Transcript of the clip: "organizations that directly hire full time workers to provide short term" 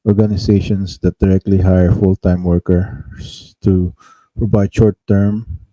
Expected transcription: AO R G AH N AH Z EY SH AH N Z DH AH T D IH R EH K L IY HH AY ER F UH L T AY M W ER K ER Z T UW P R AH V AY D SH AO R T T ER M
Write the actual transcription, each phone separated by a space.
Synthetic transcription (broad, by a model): AO R G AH N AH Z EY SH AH N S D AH T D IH R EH K L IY HH AY ER F UH L T AY M W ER K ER S T UW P AH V AY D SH AO R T T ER M